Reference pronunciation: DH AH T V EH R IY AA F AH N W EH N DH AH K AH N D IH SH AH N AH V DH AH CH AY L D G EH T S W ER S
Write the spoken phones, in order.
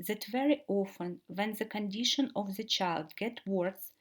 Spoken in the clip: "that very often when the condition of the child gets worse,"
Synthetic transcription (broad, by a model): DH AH T V EH R IY AA F AH N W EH N DH AH K AH N D IH SH AH N AH V DH AH CH AY L D G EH T W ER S